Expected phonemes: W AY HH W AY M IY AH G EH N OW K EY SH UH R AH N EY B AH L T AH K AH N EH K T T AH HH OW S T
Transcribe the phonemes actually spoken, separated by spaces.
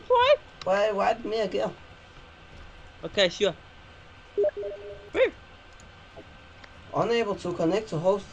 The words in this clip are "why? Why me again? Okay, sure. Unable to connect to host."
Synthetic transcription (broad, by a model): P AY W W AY M IY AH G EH OW K EY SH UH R AH N EY B AH L T AH K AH N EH K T T AH HH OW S